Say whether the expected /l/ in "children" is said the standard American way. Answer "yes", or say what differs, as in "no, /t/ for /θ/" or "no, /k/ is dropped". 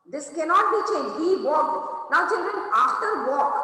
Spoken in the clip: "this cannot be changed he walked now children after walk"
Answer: no, /n/ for /l/